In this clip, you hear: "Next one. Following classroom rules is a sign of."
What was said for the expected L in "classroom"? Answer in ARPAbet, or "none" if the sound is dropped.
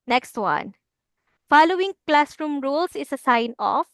L